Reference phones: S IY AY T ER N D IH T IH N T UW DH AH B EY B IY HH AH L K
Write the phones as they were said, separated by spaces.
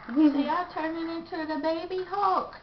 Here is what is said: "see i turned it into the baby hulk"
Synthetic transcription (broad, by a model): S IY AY T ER N IH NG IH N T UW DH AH B EY B IY HH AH K